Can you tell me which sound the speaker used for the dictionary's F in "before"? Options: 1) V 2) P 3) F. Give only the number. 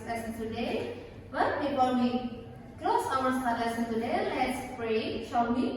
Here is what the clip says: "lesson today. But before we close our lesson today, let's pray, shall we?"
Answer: 2